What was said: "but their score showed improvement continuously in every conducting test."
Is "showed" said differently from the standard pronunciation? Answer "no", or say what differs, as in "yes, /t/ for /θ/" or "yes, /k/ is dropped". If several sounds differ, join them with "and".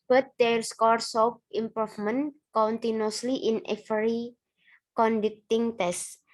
yes, /s/ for /ʃ/